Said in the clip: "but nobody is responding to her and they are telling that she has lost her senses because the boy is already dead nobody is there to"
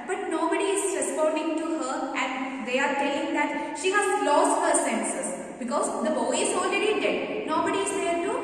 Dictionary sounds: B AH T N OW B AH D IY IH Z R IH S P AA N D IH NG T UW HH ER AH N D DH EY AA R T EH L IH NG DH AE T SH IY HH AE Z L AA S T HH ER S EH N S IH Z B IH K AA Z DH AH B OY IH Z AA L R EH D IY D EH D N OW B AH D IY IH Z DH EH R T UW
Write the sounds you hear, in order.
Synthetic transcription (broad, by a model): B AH T N OW B AH D IY IH Z R IH S P AA N D IH NG T UW HH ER AH N D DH EY AA R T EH IH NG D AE T SH IY HH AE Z L AA S T HH ER S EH N S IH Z B IH K AA Z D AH B OY IH Z AA L R EH D IY D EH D N OW B AH D IY IH Z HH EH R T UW